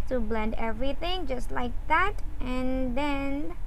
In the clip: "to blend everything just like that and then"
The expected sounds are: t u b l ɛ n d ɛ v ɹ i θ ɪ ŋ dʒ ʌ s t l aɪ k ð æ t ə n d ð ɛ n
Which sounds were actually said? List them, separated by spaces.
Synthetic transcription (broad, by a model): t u b l ɛ n d ɛ v ɹ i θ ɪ ŋ dʒ ʌ s t l aɪ k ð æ t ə n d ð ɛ n